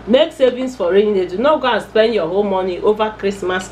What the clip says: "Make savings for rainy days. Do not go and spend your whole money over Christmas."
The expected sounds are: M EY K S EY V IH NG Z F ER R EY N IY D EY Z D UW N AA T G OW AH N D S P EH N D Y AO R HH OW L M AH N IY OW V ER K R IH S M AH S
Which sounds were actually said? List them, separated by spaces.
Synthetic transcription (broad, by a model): M EY K S EY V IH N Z F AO R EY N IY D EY D UW N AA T G OW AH N S P EH N D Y AO HH OW L M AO N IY OW V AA K R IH S M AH S